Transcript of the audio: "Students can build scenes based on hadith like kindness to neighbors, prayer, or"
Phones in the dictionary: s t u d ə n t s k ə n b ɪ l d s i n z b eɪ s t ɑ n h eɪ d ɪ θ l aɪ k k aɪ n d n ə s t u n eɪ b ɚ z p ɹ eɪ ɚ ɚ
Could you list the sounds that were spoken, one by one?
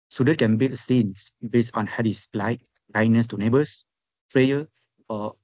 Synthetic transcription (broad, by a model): s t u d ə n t k ə n b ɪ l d s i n s b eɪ s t ɑ n h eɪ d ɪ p l aɪ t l aɪ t n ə s t u n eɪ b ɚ s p ɹ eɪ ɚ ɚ